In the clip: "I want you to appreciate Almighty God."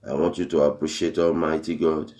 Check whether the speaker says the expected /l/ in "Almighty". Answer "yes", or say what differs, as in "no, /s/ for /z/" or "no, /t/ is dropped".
yes